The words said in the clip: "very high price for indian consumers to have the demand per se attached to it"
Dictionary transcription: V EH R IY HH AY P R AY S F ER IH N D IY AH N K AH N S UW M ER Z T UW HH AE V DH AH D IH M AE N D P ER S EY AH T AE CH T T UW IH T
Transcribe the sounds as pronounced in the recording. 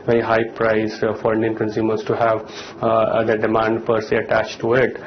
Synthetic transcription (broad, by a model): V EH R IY HH AY P R AY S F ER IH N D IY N K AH N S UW M ER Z T UW HH AE V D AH D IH M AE N D P ER S EY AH T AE CH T T UW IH T